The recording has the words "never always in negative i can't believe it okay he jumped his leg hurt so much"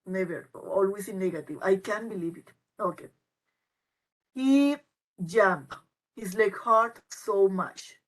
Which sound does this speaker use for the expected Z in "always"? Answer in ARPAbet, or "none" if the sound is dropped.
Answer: S